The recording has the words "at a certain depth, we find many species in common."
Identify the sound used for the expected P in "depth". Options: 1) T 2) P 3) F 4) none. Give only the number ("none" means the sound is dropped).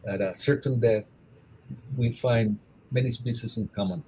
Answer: 4